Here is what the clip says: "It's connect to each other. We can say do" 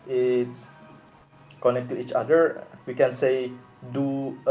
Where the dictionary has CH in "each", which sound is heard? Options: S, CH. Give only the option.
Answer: CH